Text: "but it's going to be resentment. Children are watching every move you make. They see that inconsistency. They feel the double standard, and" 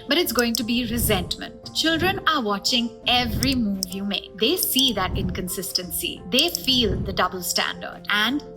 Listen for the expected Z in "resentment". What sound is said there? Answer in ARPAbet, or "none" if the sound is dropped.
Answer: Z